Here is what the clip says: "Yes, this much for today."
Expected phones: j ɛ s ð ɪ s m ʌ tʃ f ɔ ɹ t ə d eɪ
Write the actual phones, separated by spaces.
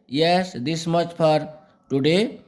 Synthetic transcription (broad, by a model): j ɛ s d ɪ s m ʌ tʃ p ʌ ɹ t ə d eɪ